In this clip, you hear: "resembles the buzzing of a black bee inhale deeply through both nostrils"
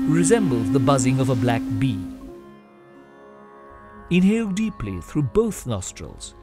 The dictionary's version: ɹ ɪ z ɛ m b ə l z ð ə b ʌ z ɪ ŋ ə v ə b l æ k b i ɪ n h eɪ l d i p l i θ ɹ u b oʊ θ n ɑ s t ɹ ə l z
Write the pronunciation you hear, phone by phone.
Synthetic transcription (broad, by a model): ɹ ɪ z ɛ m b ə l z ð ə b ʌ z ɪ ŋ ə v ə b l æ k b i ɪ n h eɪ l d i p l i θ ɹ u b oʊ θ n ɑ s t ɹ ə l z